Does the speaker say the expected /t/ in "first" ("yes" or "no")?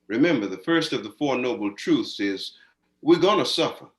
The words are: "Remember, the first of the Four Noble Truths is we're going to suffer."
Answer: yes